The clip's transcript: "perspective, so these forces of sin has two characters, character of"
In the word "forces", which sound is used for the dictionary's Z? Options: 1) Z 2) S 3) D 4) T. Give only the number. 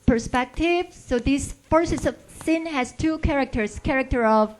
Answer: 2